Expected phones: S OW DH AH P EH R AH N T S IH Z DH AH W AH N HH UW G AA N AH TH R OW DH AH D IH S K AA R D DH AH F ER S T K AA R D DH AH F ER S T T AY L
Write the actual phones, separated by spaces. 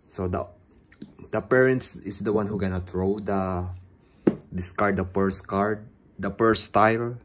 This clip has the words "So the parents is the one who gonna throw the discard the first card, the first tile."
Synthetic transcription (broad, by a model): S OW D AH P EH R AH N T S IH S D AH W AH N HH UW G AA N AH T R OW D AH D IH S K AA R D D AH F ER S K AA R D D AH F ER S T T AY L